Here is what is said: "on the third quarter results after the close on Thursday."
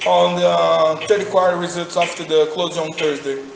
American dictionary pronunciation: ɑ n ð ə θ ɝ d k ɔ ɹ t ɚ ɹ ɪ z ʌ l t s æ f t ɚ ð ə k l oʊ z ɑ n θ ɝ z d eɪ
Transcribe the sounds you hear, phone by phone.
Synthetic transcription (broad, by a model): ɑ n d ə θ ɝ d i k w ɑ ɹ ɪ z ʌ t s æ f t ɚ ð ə k l oʊ z ɑ n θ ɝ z d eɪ